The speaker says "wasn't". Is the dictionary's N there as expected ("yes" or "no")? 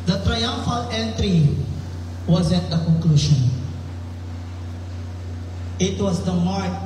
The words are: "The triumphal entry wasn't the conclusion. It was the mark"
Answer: no